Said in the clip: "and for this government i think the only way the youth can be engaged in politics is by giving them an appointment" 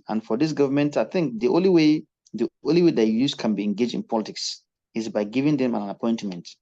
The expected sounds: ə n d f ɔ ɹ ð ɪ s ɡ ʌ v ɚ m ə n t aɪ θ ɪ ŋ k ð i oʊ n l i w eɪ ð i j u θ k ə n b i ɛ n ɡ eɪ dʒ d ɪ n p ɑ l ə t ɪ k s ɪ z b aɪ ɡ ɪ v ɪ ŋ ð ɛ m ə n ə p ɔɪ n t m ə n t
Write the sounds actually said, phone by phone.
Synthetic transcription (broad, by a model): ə n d f ɔ ɹ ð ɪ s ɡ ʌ v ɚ m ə n t aɪ θ ɪ ŋ k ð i oʊ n l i w eɪ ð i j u s k ə n b i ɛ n ɡ eɪ dʒ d ɪ n p ɑ l ə t ɪ k s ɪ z b aɪ ɡ ɪ v ɪ ŋ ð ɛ m ə n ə p ɔɪ n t m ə n t